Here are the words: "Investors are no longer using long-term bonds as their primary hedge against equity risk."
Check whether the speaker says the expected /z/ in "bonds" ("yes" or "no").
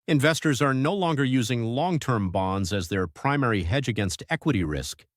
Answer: yes